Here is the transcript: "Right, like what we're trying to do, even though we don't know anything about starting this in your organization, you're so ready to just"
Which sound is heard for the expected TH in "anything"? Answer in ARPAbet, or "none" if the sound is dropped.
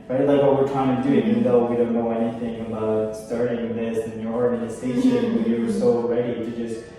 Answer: TH